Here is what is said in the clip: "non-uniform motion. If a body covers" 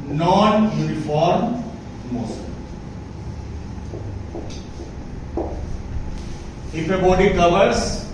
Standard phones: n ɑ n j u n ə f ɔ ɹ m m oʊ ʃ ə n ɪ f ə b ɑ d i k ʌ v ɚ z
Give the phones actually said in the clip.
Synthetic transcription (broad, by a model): n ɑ n j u n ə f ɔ ɹ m m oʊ s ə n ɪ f ə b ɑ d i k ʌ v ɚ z